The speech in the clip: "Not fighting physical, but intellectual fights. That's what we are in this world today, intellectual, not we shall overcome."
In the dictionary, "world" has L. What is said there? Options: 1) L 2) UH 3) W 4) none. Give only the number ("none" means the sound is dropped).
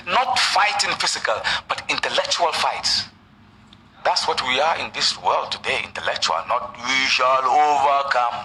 1